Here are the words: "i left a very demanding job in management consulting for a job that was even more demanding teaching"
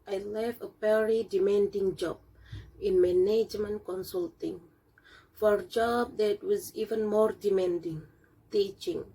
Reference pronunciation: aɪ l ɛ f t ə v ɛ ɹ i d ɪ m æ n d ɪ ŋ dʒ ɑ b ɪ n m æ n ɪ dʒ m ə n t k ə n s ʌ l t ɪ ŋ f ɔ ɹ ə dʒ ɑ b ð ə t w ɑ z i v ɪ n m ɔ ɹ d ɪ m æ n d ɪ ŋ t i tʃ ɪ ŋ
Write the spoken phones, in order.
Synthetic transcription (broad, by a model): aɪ l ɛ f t ə p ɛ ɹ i d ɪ m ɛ n d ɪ ŋ dʒ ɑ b ɪ n m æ n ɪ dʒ m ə n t k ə n s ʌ l t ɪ ŋ f ɔ ɹ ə dʒ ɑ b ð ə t w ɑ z i v ɪ n m ɔ ɹ d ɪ m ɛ n d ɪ ŋ t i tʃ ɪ ŋ